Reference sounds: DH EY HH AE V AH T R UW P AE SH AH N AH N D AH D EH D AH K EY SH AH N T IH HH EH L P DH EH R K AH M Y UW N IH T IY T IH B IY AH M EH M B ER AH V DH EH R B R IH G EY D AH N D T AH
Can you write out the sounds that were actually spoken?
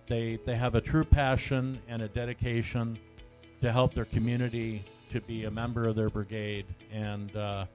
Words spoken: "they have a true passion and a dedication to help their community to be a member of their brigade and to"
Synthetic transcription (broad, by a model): DH EY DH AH V AH T R UW P AE SH AH N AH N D AH D EH D AH K EY SH AH N T IH HH EH L P DH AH R K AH M Y UW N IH T IY T IH B IY AH M EH M B ER AH V DH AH R B R IH G EY D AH N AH